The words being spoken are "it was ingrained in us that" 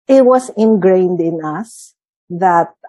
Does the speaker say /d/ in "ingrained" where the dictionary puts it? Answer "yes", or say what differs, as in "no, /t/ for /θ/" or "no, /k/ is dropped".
yes